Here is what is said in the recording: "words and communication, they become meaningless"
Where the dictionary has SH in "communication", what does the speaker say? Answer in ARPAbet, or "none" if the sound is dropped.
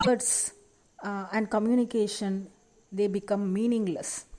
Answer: SH